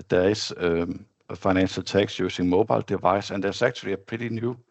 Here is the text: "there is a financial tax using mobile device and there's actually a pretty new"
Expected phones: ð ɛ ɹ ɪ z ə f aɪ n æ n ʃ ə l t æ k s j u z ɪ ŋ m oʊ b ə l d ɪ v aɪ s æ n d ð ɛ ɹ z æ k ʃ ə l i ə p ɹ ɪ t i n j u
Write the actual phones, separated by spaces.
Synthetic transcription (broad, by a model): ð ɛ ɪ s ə f aɪ n æ n ʃ ə l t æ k s j u s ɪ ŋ m oʊ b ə l d ɪ v aɪ s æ n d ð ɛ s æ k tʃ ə l i ə p ɹ ɪ t i n j u